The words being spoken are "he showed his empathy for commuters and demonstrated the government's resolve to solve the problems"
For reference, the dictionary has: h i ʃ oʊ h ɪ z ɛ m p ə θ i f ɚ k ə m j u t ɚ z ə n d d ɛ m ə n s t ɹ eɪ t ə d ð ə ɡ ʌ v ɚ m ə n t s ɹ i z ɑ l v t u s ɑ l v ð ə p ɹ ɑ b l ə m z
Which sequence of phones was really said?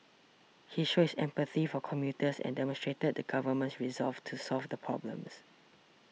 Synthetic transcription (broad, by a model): h i ʃ oʊ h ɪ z ɛ m p ə θ i f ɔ k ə m j u t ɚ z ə n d d ɛ m ə n s t ɹ eɪ t ə d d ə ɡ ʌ v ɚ m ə n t s ɹ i z ɑ l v t u s ɑ l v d ə p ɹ ɑ b l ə m s